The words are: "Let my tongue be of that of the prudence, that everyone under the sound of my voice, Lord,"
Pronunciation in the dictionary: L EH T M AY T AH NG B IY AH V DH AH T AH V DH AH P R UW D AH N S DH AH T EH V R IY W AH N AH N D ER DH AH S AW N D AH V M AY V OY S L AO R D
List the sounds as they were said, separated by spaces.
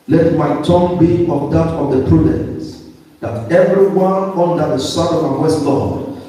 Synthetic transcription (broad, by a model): L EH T M AY T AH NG B IY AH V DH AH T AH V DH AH P R UW D AH N S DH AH T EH V R IY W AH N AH N D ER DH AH S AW D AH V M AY W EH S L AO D